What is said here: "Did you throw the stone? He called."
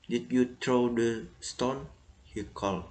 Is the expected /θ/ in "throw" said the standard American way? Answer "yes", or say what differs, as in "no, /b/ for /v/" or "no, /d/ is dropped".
no, /t/ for /θ/